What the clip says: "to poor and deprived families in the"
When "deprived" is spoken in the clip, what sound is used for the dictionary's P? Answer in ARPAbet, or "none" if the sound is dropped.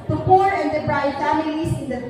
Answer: B